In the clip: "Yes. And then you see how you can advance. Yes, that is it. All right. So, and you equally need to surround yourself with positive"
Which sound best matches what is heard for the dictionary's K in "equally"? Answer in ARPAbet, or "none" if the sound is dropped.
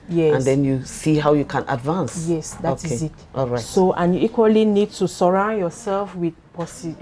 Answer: K